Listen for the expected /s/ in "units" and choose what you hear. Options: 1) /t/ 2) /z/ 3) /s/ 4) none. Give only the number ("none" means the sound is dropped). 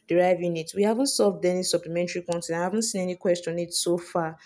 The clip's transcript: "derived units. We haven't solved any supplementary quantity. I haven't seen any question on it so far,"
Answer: 4